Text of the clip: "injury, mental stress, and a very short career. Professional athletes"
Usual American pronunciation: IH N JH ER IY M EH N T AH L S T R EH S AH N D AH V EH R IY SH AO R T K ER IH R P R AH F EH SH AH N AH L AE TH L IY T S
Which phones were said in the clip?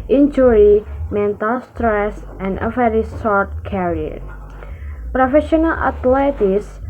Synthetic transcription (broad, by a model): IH N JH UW IY M EH N T AH L S T R EH S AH N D AH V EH R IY S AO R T K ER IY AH P R AH F EH SH AH N AH L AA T L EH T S